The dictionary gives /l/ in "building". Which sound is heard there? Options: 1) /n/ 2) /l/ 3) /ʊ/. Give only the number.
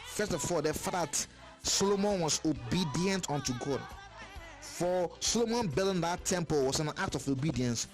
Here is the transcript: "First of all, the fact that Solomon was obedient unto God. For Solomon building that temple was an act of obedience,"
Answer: 1